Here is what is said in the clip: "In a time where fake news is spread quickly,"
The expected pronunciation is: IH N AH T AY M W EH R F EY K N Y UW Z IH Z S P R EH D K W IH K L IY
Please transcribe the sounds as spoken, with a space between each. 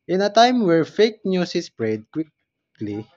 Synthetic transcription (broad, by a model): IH N AH T AY M W EH R F EY K N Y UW S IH S P R EH D K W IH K L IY